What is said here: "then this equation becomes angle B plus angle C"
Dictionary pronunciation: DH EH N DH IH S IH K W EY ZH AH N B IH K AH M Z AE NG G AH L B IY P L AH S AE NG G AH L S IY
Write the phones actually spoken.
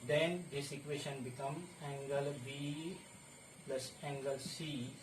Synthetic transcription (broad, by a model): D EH N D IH S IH K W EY SH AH N B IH K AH M AE NG G AH L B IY P L AH S AE NG G AH L S IY